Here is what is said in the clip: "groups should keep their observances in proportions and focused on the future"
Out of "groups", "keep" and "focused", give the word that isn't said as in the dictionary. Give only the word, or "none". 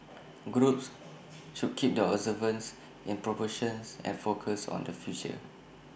focused